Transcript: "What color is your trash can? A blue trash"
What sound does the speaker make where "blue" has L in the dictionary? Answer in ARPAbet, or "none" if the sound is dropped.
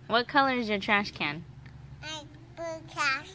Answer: none